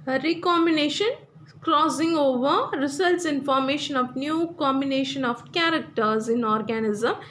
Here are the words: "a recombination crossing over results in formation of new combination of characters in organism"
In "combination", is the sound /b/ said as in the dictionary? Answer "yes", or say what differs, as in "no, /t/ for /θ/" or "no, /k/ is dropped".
yes